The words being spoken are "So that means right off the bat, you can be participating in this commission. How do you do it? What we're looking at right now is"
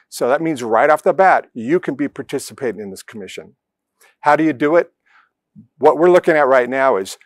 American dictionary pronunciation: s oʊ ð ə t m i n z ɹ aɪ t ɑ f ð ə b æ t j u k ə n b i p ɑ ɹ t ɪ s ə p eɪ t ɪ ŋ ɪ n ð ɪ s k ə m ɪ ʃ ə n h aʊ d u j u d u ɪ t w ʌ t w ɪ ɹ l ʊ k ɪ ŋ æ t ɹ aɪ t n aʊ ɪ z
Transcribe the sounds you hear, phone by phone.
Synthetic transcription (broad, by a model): s oʊ ð ə t m i n z ɹ aɪ t ɑ f ð ə b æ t j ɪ k ə n b i p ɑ ɹ t ɪ s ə p eɪ t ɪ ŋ ɪ n ð ɪ s k ə m ɪ ʃ ə n h aʊ d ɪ j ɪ d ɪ ɪ t w ʌ t w ɪ ɹ l ʊ k ɪ ŋ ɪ t ɹ aɪ t n aʊ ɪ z